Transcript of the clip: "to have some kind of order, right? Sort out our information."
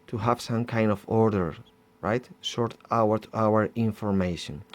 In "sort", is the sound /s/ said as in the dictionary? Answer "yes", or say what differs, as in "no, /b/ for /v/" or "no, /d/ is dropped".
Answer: no, /ʃ/ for /s/